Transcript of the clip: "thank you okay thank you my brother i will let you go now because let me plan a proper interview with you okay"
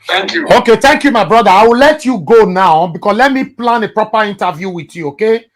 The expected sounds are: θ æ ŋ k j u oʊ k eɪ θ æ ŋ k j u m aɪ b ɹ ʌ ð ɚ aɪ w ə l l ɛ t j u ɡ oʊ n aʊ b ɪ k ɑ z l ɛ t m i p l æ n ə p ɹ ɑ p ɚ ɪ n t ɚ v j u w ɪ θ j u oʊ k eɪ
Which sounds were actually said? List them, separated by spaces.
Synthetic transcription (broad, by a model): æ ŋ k j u oʊ k eɪ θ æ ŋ k j u m aɪ b ɹ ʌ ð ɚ aɪ w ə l l ɛ t j u ɡ oʊ n aʊ b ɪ k ɑ s l ɛ t m i p l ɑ n ə p ɹ ɑ p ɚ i n t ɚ v j u w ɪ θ j u oʊ k eɪ